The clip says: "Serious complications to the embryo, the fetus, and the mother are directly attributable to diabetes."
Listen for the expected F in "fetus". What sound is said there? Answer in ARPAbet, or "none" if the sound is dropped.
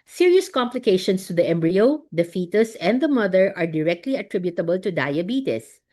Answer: F